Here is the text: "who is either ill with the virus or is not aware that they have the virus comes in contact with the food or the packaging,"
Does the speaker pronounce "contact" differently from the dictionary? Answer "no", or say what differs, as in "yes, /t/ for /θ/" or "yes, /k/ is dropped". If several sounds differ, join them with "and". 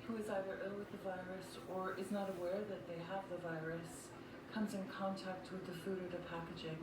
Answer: no